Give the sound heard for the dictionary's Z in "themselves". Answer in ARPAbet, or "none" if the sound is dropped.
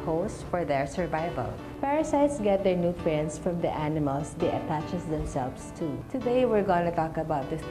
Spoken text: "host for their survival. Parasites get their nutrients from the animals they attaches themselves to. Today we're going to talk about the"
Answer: S